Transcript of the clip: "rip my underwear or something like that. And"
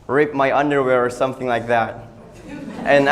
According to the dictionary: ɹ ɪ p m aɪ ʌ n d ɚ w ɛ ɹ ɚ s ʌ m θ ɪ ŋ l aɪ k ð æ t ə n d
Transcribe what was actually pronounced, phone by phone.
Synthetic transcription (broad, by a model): ɹ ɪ p m aɪ ʌ n d ɚ w ɛ ɹ ɚ s ʌ m θ ɪ ŋ l aɪ k ð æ t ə n